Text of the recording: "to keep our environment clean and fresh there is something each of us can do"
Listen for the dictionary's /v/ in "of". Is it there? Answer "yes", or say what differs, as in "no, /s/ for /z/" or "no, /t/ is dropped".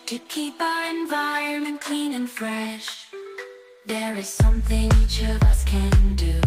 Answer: yes